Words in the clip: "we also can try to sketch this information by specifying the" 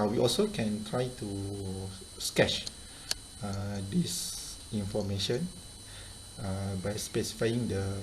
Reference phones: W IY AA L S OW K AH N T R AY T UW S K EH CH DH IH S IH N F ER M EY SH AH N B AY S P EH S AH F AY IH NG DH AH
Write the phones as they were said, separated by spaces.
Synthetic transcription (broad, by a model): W IY AA L S OW K AH N T R AY T UW S K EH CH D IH S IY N F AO M EY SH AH N B AY S P EH S AH F AY IH NG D AH